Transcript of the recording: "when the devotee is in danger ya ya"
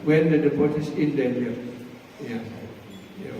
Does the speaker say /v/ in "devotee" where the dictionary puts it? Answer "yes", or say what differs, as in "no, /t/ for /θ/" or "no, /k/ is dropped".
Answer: no, /p/ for /v/